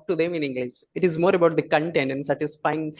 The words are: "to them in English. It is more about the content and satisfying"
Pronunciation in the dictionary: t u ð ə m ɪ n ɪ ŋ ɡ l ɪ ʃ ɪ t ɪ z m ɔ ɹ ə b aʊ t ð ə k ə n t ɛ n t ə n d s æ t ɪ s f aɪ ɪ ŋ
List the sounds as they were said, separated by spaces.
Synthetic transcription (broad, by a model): t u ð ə m ɪ n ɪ ŋ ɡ l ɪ s ɪ t ɪ z m ɔ ɹ ə b aʊ t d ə k ə n t ɛ n t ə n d s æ t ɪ s f aɪ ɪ ŋ